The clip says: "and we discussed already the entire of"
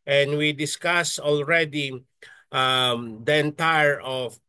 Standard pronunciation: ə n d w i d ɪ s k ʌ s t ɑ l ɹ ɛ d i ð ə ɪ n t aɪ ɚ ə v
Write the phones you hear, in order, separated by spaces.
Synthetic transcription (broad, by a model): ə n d w i d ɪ s k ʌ s ɑ l ɹ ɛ d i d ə ɪ n t aɪ ɚ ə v